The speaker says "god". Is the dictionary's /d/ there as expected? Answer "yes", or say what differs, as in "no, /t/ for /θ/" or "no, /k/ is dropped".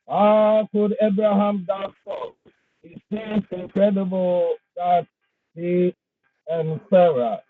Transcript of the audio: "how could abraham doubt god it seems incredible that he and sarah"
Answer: no, /d/ is dropped